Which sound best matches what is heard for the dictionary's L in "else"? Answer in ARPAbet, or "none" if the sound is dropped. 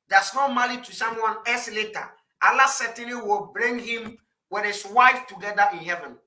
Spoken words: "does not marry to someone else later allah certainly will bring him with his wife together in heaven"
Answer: none